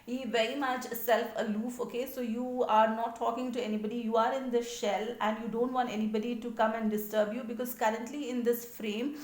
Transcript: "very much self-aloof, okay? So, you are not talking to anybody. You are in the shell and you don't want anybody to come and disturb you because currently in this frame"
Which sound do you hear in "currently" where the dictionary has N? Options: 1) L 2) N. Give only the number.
2